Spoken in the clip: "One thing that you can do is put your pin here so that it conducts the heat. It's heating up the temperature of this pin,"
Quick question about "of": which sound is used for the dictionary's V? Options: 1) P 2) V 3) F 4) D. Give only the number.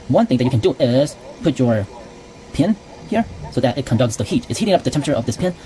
2